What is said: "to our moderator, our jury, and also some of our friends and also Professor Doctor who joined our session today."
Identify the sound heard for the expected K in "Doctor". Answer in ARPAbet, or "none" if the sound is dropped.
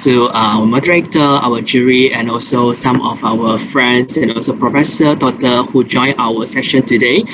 none